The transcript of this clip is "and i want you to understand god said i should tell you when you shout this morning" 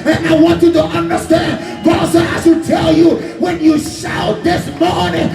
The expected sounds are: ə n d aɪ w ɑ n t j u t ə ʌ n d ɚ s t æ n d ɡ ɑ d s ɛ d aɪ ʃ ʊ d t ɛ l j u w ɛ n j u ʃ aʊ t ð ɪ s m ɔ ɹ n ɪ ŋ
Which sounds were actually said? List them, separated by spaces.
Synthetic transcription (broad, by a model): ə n aɪ w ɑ n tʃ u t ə ʌ n d ɚ s t æ n d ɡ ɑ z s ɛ aɪ s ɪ t ɛ l j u w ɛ n j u ʃ aʊ t ð ɪ s m ɔ ɹ n ɪ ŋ